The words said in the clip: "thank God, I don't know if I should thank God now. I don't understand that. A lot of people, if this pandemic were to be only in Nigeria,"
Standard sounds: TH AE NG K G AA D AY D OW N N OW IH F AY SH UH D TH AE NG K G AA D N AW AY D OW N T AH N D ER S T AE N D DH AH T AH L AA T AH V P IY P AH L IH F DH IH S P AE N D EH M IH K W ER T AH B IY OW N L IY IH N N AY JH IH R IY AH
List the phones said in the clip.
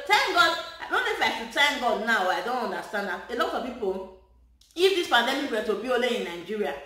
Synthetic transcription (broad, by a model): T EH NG G AA D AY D OW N N OW IH F AY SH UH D T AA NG G AA D N AW AY D OW N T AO N D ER S T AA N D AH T AH L AA T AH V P IY P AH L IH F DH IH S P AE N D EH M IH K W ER T AH B IY OW L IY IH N N AY JH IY R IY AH